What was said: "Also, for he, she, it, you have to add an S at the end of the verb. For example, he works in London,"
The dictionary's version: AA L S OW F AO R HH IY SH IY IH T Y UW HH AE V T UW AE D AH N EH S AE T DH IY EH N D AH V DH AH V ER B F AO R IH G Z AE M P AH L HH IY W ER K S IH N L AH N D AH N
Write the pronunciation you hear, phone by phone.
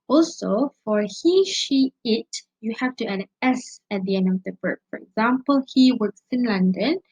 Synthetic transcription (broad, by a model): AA L S OW F AO R HH IY SH IY IH T Y UW HH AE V T UW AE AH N EH S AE T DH IY EH N D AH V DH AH B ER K F AO R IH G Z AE M P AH L HH IY W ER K S IH N L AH N D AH N